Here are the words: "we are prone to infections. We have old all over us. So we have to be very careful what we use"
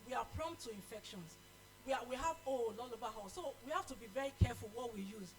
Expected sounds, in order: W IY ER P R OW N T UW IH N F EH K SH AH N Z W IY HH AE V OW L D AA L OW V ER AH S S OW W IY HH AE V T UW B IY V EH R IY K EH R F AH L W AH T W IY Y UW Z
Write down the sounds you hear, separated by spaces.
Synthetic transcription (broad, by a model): W IY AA P R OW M T UW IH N F EH K SH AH N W W IY HH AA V OW L AA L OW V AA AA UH S OW W IY HH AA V T UW B IY V EH R IY K EH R F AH L W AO T W IY Y UW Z